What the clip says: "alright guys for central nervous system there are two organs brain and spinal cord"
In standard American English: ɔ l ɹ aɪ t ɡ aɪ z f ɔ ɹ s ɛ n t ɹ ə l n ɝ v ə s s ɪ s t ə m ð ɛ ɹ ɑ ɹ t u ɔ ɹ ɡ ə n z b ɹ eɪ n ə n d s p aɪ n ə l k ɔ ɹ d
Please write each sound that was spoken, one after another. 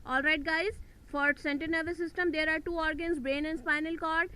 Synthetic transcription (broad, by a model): ɔ l ɹ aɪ t ɡ aɪ z f ɔ ɹ s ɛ n t ə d n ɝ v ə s s ɪ s t ə m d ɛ ɹ ɑ ɹ t u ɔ ɹ ɡ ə n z b ɹ eɪ n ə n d s p aɪ n ə l k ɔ ɹ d